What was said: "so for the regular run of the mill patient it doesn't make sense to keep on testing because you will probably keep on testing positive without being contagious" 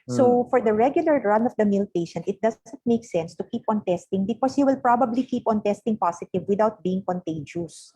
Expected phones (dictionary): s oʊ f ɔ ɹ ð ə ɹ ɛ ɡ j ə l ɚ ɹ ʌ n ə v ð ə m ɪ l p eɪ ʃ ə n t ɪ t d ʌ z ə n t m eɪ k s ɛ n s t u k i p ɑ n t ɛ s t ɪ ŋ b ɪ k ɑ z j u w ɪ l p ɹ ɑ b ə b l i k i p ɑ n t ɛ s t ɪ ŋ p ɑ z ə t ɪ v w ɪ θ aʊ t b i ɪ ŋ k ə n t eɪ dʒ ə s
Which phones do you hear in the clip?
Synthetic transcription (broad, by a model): s oʊ f ɔ ɹ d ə ɹ ɛ ɡ j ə l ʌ ɹ ʌ n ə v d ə m ɪ l p eɪ ʃ ə n t ɪ t d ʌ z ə n t m eɪ k s ɛ n s t u k i p ɑ n t ɛ s t ɪ ŋ b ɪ k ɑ s j u w ɪ l p ɹ ɑ b ə b l i k i p ɑ n t ɛ s t ɪ ŋ p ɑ s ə t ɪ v w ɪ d aʊ t b i ɪ ŋ k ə n t eɪ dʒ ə s